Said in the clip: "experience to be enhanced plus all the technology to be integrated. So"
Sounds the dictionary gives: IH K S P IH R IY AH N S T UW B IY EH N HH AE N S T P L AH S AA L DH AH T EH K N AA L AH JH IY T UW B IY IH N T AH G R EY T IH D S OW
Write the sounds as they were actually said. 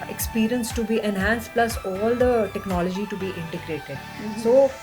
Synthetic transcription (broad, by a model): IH K S P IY R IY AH N S T UW B IY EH N HH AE N S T P L AH S AA L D AH T EH K N AA L AH JH IY T UW B IY IH N T AH G R EY T IH D S OW